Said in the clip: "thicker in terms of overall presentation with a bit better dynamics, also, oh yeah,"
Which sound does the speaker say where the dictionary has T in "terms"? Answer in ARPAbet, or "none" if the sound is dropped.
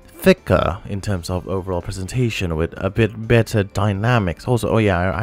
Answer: T